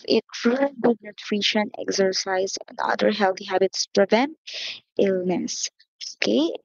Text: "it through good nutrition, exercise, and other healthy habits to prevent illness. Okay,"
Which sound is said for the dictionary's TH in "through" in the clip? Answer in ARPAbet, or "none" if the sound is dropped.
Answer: T